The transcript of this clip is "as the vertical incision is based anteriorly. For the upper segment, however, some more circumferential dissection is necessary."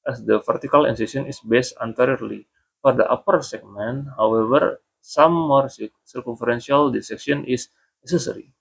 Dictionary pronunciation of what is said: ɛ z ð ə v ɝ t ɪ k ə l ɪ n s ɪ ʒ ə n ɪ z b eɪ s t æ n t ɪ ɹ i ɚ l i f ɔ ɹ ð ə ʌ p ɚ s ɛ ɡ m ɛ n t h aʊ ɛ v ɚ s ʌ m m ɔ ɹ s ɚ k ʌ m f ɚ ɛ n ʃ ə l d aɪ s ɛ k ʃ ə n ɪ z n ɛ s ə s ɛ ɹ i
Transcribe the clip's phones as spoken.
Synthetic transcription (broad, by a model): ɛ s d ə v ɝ t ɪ k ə l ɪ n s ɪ s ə n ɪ s b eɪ s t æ n t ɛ ɹ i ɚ l i f ɔ ɹ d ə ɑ p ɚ s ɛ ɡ m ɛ n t h aʊ ɛ v ɚ s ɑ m m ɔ ɹ s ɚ k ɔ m f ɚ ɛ n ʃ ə l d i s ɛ k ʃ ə n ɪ s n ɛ s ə s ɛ ɹ i